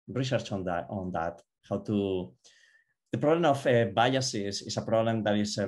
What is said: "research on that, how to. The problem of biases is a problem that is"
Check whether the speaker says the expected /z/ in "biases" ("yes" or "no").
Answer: no